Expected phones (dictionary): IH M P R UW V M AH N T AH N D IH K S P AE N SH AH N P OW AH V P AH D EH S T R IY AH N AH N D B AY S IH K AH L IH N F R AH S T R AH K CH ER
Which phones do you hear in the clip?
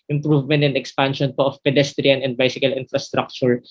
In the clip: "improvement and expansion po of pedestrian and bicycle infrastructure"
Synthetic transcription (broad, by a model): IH M P R UW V M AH N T AH N D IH K S P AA N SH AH N P OW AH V P AH D EH S T R IY AH N AH N D B AY S IH K AH L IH N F R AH S T R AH K CH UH